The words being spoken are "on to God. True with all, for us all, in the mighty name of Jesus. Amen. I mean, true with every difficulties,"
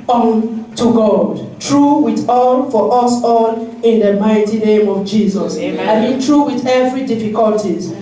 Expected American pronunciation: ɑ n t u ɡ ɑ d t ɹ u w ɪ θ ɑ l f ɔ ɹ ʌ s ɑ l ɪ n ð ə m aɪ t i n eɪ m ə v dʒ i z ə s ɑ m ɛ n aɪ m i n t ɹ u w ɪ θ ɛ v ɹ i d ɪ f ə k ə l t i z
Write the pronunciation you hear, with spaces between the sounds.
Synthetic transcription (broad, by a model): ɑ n t u ɡ ɑ d t ɹ u w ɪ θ ɑ l f ɔ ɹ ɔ s ɑ l ɪ n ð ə m aɪ t i n eɪ m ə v dʒ i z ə s ɑ ɪ m i n t ɹ u w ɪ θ ɛ v ɹ i d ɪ f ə k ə l t i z